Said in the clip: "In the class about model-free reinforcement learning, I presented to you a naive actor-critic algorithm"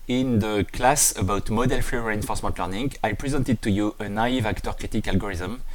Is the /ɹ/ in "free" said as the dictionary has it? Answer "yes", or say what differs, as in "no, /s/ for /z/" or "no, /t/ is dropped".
no, /ɹ/ is dropped